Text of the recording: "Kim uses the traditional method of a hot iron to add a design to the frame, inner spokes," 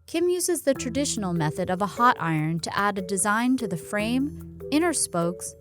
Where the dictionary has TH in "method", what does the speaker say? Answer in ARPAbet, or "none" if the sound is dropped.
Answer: TH